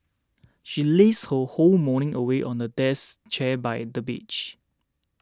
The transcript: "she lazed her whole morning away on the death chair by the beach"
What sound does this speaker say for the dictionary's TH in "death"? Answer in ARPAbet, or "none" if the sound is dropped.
S